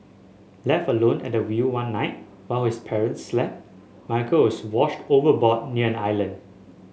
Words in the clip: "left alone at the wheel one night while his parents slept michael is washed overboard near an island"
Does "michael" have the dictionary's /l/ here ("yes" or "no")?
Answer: no